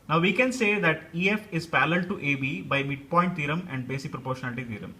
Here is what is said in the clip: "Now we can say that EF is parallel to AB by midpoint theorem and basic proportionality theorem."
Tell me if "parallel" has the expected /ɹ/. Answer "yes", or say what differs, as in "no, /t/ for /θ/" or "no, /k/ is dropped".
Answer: no, /l/ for /ɹ/